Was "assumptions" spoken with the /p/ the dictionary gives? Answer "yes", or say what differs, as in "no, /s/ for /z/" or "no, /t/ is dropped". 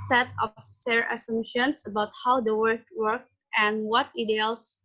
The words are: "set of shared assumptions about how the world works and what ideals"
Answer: no, /p/ is dropped